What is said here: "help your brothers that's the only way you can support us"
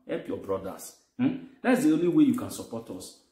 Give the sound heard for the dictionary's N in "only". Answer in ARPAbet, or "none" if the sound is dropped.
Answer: N